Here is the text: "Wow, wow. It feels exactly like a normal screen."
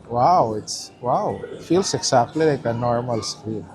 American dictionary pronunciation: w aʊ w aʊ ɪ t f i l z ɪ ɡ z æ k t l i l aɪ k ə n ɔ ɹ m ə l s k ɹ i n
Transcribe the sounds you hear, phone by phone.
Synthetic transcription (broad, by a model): w aʊ w aʊ ɪ t f i l s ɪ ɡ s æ k t l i l aɪ k ə n ɔ ɹ m ə l s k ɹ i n